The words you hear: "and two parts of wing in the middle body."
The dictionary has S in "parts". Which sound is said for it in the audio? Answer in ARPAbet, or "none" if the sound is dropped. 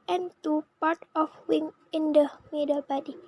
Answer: none